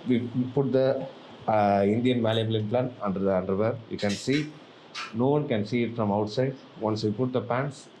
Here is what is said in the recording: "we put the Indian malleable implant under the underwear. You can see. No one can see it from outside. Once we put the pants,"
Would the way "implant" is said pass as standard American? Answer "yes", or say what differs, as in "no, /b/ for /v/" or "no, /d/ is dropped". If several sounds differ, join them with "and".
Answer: no, /t/ is dropped